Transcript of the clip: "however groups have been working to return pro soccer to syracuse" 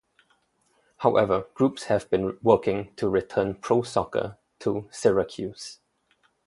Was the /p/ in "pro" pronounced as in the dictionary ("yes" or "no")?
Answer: yes